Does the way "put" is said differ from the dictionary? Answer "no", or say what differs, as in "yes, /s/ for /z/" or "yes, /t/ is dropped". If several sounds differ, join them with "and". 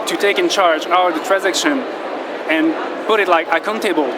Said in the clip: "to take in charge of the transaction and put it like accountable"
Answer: no